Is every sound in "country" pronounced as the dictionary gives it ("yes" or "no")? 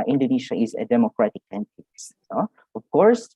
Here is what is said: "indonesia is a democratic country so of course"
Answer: no